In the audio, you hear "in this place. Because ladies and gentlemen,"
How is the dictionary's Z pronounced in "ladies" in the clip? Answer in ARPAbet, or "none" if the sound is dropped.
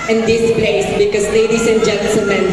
S